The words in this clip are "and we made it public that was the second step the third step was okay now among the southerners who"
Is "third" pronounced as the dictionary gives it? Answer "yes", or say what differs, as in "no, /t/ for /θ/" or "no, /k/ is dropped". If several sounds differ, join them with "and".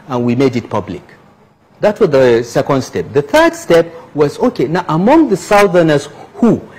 yes